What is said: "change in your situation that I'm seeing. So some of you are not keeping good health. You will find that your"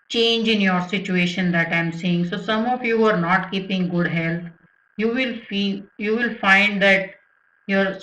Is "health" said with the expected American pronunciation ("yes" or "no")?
no